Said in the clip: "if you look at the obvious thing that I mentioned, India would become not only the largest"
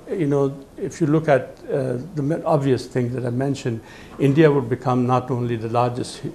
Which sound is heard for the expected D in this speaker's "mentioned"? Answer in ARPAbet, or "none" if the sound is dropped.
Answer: D